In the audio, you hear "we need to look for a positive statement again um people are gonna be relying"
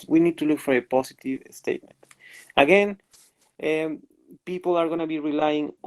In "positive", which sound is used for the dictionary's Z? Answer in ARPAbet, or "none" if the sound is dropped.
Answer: S